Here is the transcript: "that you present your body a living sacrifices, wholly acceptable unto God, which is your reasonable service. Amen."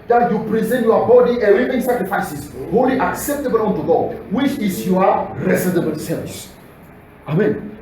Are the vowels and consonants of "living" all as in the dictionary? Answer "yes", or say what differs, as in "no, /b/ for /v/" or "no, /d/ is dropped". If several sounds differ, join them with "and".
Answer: no, /w/ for /l/